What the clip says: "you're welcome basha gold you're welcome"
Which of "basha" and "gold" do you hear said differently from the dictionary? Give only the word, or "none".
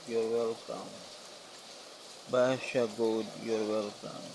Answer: gold